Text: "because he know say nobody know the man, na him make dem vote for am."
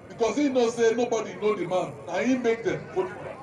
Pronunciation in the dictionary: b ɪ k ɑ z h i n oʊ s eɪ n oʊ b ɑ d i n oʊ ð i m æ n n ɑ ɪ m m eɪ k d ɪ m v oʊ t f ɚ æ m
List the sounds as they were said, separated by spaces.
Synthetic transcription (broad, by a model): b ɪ k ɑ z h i n oʊ s eɪ n oʊ b ɑ d i n oʊ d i m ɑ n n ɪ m m eɪ k d ɪ m f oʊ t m